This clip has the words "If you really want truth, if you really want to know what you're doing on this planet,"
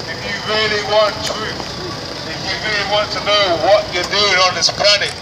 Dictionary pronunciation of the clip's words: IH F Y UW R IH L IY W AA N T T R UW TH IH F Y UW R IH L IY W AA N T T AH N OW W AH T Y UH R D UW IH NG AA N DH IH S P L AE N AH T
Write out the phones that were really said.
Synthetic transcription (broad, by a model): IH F Y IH R IH L IY W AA N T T UW IH F Y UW R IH L IY W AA N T T AH N OW W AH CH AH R D UW IH NG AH N DH IH S P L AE N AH T